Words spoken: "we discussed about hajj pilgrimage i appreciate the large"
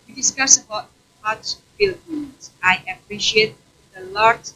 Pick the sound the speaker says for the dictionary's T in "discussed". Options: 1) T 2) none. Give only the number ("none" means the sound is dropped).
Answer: 2